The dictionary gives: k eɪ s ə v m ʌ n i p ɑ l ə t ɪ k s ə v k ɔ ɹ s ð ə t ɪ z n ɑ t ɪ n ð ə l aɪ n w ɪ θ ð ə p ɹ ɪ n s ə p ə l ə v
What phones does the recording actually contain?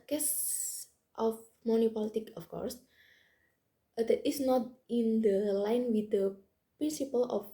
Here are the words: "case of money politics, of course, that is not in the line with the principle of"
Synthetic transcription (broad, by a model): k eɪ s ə f m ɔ n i p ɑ l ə t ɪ k ə f k ɔ ɹ s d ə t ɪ s n ɑ t ɪ n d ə l aɪ n w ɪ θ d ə p ɹ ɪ n s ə p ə l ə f